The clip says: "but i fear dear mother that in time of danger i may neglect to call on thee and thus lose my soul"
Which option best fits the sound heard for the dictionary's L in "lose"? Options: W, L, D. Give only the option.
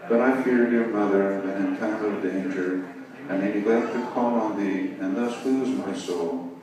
W